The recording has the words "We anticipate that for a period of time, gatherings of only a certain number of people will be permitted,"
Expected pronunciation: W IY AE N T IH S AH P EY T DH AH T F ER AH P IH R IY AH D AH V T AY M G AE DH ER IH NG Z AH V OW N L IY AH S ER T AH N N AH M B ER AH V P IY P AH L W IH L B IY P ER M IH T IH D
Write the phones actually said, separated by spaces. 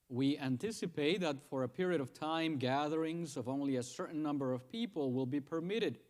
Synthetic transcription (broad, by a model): W IY AE N T IH S AH P EY T DH AH T F ER AH P IH R IY AH D AH V T AY M G AE DH ER IH NG Z AH V OW N L IY AH S ER T N N AH M B ER AH V P IY P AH L W IH L B IY P ER M IH T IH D